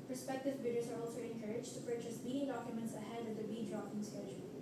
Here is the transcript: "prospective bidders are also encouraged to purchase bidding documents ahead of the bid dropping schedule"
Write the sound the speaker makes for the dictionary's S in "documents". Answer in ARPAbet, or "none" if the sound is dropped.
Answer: S